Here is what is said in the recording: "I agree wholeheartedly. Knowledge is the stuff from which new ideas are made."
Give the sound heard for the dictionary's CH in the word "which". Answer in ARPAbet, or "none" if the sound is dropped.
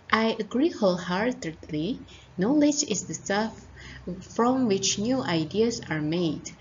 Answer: CH